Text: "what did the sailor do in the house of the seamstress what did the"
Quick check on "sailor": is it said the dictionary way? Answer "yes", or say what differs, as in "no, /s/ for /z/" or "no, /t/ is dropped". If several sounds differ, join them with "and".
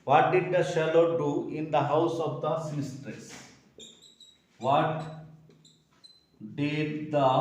no, /ʃ/ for /s/